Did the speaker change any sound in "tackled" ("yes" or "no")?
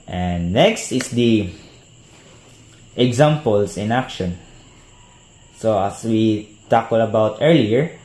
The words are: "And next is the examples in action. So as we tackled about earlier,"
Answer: yes